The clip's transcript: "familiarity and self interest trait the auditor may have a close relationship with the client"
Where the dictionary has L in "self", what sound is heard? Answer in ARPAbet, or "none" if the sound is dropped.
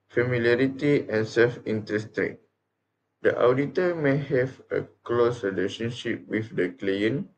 L